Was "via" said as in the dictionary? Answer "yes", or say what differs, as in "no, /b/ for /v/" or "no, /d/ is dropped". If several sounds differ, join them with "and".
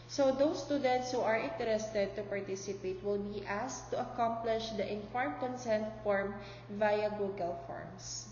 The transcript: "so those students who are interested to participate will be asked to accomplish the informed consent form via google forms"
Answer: yes